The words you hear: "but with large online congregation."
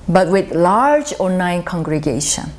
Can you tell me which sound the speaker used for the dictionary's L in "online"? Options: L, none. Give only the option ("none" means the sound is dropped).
none